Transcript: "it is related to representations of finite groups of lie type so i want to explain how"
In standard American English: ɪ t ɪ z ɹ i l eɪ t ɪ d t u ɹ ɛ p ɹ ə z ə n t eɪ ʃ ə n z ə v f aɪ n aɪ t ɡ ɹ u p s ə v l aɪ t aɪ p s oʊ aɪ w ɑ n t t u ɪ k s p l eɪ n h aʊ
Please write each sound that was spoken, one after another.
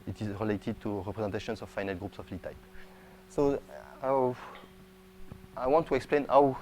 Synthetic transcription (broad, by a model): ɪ t ɪ z ɹ i l eɪ t ɪ d t u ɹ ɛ p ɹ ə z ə n t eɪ ʃ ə n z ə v f aɪ n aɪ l ɡ ɹ u p s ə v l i t aɪ p s oʊ aɪ w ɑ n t t u ɪ k s p l eɪ n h aʊ